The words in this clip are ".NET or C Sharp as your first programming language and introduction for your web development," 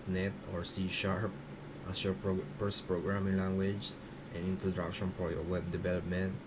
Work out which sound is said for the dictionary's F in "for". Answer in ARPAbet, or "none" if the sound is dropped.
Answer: P